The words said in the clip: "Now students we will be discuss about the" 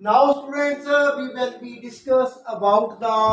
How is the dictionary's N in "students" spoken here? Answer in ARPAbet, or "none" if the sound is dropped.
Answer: none